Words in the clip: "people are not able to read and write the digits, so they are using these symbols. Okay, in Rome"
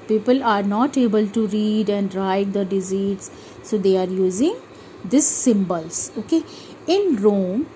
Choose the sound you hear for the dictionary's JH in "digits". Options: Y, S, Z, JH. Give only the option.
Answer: Z